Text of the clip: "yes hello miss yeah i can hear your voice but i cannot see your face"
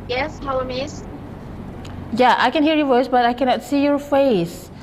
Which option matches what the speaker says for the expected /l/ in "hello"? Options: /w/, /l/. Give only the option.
/w/